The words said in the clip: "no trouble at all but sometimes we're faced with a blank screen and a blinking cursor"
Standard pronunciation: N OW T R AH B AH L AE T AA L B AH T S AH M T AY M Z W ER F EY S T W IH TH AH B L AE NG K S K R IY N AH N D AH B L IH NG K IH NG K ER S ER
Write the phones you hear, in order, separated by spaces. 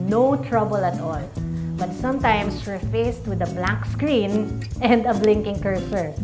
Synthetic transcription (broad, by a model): N OW T R AH B AH L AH T AA L B AH T S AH M T AY M S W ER F EY S T W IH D AH B L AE K S K R IY N AH N D AH B L IH NG K IH NG K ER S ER